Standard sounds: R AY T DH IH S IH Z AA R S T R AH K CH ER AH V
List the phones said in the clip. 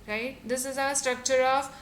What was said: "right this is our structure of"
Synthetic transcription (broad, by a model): R AY T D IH S IH Z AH S T R AH K CH ER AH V